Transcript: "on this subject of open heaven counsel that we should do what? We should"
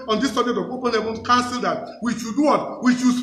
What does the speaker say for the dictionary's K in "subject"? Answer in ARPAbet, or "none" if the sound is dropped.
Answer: none